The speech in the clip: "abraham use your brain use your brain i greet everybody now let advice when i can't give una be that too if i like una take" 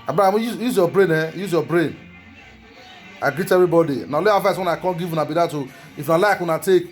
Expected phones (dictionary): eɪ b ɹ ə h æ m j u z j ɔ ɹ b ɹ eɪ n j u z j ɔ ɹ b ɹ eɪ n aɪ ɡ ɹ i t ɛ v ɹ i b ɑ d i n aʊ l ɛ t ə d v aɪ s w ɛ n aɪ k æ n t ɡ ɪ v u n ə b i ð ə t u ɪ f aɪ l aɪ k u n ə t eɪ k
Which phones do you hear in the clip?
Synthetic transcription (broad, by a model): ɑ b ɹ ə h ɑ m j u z j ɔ b ɹ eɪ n j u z j ɔ b ɹ eɪ n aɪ ɡ ɹ i t ɛ v ɹ i b ɑ d i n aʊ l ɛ ə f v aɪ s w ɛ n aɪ k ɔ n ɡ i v u n ə b i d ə t u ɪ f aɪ l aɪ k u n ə t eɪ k